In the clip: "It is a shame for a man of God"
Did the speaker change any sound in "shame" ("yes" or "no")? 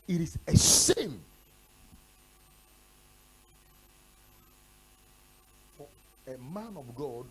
yes